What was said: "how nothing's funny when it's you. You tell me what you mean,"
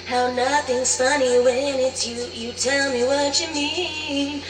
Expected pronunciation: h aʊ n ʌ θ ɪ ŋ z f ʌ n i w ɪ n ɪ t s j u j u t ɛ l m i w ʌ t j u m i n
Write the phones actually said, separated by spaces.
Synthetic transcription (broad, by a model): h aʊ n ʌ θ ɪ ŋ z f ʌ n i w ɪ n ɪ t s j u j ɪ t ɛ l m i w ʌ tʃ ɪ m i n